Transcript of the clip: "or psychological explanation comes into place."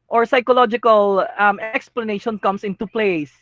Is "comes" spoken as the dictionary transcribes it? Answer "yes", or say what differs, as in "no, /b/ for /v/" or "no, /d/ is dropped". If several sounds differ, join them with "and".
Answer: no, /s/ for /z/